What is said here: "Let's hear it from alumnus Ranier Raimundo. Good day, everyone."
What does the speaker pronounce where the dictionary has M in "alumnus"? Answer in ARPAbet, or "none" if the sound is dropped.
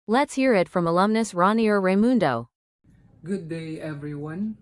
M